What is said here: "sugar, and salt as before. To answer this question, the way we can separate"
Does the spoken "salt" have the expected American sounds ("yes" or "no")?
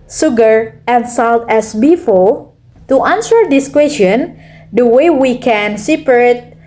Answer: yes